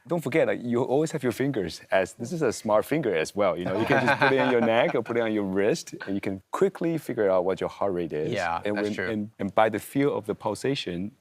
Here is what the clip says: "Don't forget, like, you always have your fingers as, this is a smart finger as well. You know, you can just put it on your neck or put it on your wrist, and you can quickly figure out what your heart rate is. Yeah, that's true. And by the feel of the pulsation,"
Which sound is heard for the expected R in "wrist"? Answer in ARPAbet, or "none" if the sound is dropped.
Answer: R